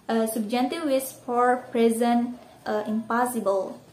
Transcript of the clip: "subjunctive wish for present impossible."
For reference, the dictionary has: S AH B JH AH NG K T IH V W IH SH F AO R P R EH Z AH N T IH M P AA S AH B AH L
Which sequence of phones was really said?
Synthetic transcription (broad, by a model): S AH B JH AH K T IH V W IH S F AO R P R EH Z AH N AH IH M P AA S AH B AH L